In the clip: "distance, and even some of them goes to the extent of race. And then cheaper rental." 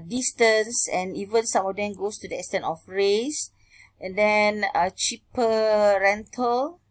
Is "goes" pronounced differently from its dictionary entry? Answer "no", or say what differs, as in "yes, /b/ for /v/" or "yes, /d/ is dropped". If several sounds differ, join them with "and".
yes, /s/ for /z/